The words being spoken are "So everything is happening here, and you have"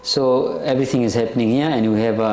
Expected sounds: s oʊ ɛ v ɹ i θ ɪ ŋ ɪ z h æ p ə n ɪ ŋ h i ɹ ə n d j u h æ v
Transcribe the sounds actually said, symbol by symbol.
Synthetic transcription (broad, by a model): s oʊ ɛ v ɹ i t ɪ ŋ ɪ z h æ p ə n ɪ ŋ h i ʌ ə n j u h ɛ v